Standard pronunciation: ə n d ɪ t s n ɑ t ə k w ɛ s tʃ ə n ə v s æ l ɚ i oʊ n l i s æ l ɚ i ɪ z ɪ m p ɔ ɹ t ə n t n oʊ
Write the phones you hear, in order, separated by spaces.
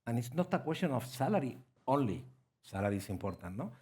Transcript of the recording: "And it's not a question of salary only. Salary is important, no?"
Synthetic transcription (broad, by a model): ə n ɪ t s n ɑ t ə k w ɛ s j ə n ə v s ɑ l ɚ i oʊ n l i s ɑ l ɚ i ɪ s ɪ m p ɔ ɹ t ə n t n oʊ